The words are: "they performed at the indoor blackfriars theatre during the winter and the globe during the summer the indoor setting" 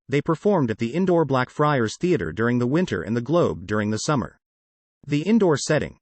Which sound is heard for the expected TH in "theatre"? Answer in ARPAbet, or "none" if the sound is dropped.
TH